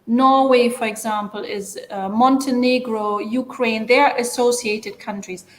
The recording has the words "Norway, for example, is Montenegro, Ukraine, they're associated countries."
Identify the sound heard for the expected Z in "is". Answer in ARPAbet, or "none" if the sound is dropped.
Z